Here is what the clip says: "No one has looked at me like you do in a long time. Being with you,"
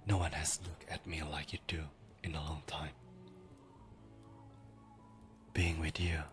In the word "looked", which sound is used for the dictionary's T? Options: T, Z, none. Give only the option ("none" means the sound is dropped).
none